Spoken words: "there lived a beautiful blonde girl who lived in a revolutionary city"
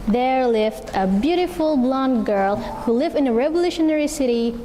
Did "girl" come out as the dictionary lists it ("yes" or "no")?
yes